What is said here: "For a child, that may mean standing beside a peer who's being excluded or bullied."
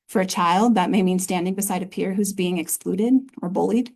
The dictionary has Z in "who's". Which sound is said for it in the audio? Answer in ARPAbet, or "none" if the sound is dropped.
Z